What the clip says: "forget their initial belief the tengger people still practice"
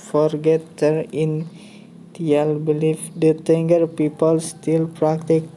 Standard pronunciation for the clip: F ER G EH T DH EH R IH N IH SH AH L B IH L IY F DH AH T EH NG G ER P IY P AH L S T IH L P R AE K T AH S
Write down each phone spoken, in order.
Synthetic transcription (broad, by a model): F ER G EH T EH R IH N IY AH L B IH L IY F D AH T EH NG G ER P IY P AH L S T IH L P R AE K T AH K